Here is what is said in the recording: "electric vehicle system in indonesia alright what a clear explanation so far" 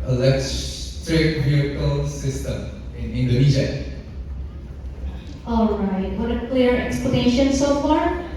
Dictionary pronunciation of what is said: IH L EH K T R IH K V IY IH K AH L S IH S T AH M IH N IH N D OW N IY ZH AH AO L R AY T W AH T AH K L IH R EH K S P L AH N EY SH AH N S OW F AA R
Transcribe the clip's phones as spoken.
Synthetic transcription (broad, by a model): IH L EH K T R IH K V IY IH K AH L S IH S T AH M IH N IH N D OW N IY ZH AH AO L R AY T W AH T AH K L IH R EH K S P L AH N EY SH AH N S OW F AA R